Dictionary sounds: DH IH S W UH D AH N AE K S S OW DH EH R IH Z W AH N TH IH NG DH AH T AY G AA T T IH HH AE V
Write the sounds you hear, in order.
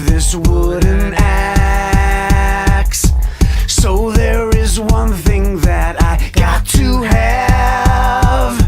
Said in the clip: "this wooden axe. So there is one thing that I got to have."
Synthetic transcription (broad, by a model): DH IH S W UH D N AE K S S OW DH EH R IH Z W AH N TH IH NG DH AH T AY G AA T T IH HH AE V